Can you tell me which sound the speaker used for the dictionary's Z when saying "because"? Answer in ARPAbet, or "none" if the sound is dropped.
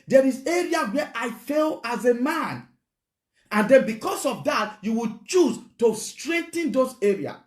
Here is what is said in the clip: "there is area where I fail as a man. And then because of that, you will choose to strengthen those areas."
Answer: S